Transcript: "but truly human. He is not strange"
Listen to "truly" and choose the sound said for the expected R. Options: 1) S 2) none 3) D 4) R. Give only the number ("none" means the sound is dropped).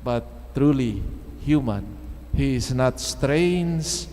4